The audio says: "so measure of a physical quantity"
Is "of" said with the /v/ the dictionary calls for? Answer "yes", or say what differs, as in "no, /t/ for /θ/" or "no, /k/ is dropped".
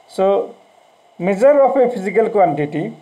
no, /p/ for /v/